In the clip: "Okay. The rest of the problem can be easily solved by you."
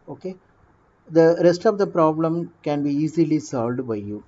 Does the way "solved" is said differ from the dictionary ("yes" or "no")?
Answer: no